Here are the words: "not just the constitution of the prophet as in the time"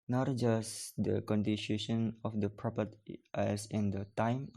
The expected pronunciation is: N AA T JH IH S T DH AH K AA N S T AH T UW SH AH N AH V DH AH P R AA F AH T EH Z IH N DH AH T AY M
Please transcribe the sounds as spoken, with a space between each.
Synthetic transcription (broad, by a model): N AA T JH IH S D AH K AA N T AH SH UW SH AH N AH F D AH P R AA P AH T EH S IH N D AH T AY M